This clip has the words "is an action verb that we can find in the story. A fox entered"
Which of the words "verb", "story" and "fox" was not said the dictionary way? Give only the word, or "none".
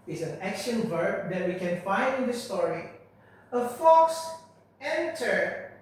none